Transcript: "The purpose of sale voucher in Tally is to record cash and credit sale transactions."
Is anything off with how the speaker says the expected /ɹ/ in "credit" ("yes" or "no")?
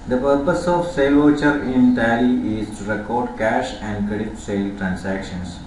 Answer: no